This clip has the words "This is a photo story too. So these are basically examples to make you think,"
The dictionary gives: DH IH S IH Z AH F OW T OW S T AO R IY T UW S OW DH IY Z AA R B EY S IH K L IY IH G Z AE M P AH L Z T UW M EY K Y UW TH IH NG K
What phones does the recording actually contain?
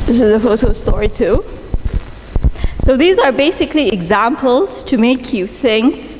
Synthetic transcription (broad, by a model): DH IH S IH Z AH F OW T OW S T AO R IY T UW S OW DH IY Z AA R B EY S IH K L IY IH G Z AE M P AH L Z T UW M EY K Y UW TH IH NG K